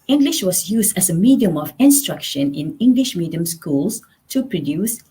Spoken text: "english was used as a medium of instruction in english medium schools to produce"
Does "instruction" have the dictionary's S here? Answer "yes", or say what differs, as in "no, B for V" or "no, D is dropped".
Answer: yes